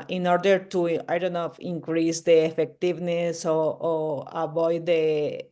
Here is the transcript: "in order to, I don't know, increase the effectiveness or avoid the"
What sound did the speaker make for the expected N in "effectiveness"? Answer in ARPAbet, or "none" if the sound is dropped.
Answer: N